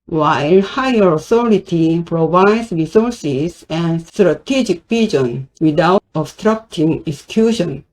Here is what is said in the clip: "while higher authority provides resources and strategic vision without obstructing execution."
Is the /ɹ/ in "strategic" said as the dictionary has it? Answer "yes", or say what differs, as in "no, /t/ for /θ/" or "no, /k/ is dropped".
yes